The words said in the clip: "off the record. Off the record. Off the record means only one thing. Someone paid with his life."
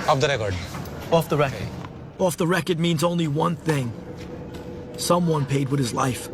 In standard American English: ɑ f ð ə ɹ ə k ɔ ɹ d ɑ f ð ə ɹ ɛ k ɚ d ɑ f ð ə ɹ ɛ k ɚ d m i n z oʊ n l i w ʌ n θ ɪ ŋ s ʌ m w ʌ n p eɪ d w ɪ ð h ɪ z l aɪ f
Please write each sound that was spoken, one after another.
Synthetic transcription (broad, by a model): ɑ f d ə ɹ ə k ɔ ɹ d ɑ f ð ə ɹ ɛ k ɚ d ɑ f ð ə ɹ ɛ k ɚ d m i n z oʊ n l i w ʌ n θ ɪ ŋ s ʌ m w ʌ n p eɪ d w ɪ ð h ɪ z l aɪ f